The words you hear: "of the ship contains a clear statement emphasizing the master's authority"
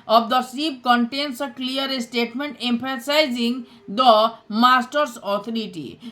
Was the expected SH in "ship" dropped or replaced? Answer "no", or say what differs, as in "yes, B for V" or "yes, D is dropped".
yes, S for SH